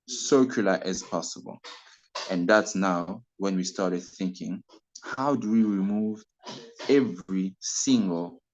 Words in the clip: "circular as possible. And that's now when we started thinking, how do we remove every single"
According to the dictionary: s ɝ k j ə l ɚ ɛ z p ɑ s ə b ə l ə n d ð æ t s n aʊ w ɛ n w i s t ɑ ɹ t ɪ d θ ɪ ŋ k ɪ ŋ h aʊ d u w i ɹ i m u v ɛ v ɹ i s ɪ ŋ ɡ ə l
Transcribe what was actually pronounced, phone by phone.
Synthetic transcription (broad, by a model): s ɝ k j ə l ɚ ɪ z p ɑ s ə b ə l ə n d ð æ t s n aʊ w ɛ n w i s t ɑ ɹ t ɪ d θ ɪ ŋ k ɪ ŋ h aʊ d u w i ɹ i m u v ɛ v ɹ i s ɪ ŋ ɡ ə l